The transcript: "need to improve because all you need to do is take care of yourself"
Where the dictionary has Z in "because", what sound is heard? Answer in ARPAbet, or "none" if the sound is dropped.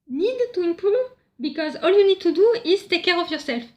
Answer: Z